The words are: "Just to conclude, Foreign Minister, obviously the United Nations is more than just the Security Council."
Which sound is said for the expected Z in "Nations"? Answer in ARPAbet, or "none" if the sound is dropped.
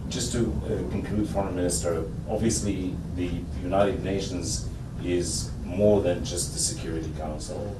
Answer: Z